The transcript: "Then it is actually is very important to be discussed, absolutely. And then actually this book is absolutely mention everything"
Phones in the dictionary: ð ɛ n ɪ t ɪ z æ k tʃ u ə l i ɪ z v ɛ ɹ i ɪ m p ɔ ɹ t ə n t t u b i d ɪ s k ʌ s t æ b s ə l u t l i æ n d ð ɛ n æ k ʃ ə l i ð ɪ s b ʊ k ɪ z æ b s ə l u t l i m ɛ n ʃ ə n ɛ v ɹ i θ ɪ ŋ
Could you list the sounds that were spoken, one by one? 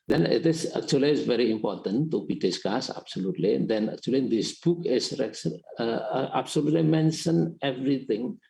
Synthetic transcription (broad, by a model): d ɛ n ɪ t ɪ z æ k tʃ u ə l i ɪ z v ɛ ɹ i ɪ m p ɔ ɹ t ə n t t u b i d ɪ s k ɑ s æ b s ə l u t l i n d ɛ n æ k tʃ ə l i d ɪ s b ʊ k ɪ s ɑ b s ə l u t l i m ɛ n ʃ ə n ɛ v ɹ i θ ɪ ŋ